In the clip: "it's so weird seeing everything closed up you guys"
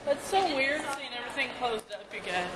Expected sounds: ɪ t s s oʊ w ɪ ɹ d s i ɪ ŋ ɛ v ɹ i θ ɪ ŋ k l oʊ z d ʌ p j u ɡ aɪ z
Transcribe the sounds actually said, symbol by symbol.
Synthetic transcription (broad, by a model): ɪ t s s oʊ w ɪ ɹ d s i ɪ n ɛ v ɹ i θ ɪ ŋ k l oʊ z d ʌ p j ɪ ɡ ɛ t